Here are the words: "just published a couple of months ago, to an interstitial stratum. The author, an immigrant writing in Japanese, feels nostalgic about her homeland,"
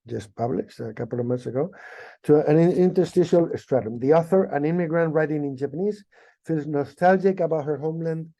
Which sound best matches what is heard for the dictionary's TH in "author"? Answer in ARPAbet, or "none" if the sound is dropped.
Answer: TH